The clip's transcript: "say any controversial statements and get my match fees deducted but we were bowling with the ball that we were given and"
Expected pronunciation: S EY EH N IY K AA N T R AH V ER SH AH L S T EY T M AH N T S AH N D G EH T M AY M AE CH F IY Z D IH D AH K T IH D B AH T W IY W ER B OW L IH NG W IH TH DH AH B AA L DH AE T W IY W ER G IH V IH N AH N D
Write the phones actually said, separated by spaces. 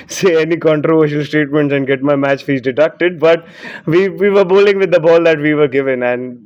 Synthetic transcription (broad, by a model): S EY EH N IY K AA N T R AH V ER SH AH L S T EY T M AH N T S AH N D G EH T M AY M AE CH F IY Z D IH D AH K T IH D B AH T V IY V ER B OW L IH NG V IH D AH B AA L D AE T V IY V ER G IH V IH N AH N D